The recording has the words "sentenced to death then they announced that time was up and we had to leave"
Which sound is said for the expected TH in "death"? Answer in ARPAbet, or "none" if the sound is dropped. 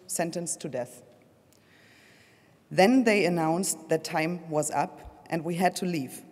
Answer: TH